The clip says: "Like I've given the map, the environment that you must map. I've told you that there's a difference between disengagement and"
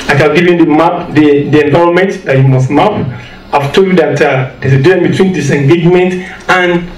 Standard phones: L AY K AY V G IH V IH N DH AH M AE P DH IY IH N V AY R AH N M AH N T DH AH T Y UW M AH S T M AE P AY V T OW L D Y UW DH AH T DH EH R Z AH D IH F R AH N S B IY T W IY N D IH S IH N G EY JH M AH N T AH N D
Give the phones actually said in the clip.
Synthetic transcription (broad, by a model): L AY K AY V G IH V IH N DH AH M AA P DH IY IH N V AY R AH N M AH N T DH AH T Y UW M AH S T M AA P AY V T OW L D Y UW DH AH T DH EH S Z AH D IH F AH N B IY T W IY N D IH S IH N G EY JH M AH N T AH N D